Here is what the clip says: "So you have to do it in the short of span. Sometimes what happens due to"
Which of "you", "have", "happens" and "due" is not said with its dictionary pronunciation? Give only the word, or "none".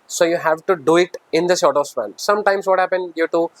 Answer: happens